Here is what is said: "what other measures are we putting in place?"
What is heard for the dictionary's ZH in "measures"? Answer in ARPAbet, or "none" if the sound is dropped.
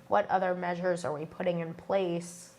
ZH